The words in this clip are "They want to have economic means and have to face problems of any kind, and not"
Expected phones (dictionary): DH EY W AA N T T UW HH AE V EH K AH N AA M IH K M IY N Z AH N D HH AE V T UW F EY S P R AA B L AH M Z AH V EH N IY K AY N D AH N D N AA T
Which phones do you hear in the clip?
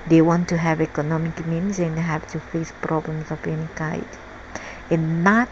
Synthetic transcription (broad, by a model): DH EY W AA N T T UW HH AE V EH K AH N AA M IH K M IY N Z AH N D HH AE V T UW F EY S P R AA B L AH M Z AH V EH N IY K AY D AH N N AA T